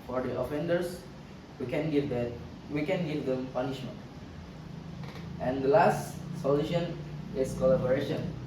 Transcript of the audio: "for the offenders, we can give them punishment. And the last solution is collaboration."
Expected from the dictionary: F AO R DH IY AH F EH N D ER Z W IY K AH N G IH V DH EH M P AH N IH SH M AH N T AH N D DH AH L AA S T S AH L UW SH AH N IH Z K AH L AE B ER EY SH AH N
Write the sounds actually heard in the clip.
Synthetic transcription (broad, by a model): F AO R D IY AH F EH N D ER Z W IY K AH N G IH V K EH M P AH N IH SH M AH N T AH N D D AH L AA S T S AH L UW SH AH N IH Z K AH L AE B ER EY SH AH N